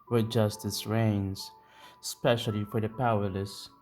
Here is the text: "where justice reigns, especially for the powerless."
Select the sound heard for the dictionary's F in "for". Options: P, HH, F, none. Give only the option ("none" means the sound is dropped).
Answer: F